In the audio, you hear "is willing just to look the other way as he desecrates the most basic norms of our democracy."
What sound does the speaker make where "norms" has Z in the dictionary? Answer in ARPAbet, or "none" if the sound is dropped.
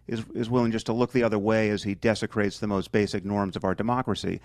Z